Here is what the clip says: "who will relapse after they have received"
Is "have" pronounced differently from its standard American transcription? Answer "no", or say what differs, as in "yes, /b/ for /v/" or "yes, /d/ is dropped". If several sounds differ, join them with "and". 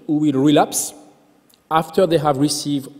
no